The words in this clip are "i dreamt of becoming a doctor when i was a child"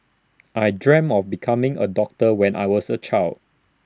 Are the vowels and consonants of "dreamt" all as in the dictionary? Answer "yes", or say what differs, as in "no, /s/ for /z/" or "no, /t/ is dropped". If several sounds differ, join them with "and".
no, /t/ is dropped